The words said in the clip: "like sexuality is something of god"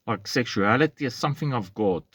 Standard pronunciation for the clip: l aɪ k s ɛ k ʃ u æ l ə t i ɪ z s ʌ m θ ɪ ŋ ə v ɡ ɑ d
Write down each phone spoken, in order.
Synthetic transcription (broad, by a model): l aɪ k s ɛ k ʃ u æ l ə t i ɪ s ʌ m θ ɪ ŋ ə v ɡ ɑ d